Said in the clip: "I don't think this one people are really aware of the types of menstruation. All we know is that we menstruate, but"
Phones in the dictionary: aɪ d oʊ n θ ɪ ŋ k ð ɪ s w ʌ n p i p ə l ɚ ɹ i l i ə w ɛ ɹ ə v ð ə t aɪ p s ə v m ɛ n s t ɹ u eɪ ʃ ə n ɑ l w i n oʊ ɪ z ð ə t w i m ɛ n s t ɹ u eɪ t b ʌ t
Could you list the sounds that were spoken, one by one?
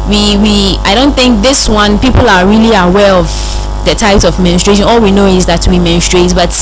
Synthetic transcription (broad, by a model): aɪ d oʊ n θ ɪ ŋ k ð ɪ s w ʌ n p i p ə l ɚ ɹ i l i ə w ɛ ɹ ə v ð ə t aɪ p s ə v m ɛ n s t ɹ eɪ ʃ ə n ɑ l w i n oʊ ɪ z ð ə t w i m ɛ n s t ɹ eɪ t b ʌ t